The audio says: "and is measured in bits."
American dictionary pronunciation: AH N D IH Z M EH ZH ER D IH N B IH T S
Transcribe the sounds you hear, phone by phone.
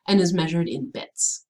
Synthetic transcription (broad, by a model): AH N IH Z M EH ZH ER D IH N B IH T S